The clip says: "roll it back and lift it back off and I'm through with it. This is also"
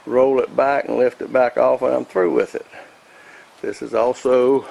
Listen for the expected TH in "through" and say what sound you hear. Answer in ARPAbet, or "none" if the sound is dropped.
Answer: TH